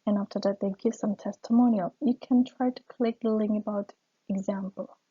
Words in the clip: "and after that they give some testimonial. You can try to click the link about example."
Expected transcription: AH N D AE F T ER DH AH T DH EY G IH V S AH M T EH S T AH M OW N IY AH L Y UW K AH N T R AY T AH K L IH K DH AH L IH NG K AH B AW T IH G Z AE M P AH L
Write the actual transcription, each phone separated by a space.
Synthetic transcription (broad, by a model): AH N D AE F T ER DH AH T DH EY G IH V S AH M T EH S T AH M OW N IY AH L Y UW K AH N T R AY T AH K L IH K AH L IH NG AH B AW T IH G Z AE M P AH L